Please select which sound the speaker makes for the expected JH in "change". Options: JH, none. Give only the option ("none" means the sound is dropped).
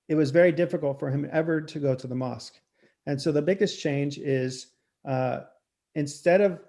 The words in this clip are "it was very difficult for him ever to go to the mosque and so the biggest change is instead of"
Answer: JH